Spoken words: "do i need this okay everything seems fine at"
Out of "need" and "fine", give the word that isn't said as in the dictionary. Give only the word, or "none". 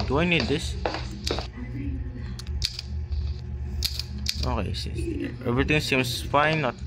none